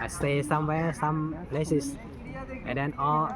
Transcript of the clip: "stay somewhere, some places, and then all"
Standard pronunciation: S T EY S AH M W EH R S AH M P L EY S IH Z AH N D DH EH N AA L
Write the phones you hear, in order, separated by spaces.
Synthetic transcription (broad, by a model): S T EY S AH M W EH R S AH M P L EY S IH S AH N D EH N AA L